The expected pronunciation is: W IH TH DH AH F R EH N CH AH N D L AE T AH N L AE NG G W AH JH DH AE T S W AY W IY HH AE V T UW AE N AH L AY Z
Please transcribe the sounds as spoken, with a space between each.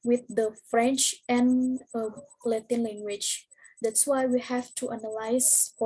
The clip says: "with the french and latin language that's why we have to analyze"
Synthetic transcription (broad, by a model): W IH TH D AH F R EH N CH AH N L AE T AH N L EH NG G W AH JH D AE T S W AY W IY HH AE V T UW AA N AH L AY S